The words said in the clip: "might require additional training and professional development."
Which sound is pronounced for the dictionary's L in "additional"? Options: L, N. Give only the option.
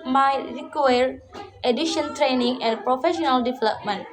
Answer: N